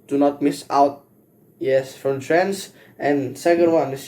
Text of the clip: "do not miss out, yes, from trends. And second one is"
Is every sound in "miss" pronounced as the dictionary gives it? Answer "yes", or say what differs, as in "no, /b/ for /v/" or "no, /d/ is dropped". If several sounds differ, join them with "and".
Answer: yes